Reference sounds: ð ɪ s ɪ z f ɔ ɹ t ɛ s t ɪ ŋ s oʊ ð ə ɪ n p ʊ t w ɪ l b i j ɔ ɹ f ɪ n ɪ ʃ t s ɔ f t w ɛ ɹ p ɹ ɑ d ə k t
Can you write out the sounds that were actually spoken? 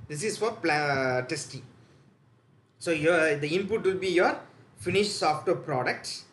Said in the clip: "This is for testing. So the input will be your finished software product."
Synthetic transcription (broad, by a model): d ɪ s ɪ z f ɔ l t ɛ s t ɪ ŋ s oʊ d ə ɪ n p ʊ t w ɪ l b i j ɔ ɹ f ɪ n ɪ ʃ s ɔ f t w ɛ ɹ p ɹ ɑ d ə k t